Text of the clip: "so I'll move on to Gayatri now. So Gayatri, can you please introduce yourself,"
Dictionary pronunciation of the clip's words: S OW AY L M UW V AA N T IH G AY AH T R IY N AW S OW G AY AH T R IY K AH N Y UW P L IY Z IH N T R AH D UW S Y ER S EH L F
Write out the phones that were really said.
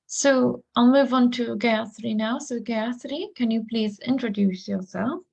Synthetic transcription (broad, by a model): S OW AY L M UW V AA N T IH G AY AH S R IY N AW S OW G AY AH S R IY K AH N Y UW P L IY Z IH N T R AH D UW S Y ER S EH L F